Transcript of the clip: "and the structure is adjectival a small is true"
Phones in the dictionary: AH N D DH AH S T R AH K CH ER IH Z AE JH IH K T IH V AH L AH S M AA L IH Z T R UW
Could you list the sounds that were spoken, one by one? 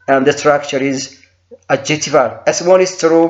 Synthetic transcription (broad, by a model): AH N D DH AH S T R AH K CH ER IH Z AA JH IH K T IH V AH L AH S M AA N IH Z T R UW